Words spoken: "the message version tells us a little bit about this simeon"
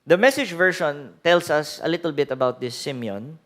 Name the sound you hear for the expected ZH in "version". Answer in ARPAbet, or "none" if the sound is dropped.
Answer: SH